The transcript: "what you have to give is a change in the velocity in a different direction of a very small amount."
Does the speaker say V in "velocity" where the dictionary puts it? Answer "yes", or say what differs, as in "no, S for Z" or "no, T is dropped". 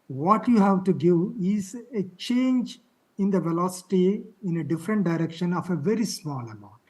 yes